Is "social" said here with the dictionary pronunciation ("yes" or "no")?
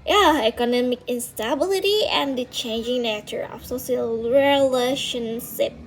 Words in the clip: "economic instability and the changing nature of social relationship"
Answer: no